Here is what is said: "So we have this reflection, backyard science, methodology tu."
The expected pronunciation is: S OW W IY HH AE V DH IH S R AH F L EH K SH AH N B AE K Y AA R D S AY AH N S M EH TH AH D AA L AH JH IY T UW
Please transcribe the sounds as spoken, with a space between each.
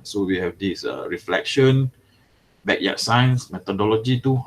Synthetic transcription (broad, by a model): S OW W IY HH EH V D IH S R AH F L EH K SH AH N B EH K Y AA S AY AH N S M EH T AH D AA L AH JH IY T UW